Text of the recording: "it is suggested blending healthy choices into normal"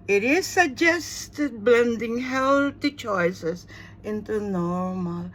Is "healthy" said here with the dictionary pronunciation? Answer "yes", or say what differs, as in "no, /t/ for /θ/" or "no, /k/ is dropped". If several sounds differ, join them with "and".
no, /t/ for /θ/